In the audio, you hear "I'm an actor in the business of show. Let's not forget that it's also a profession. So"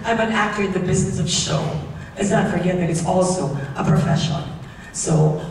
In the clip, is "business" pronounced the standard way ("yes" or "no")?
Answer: yes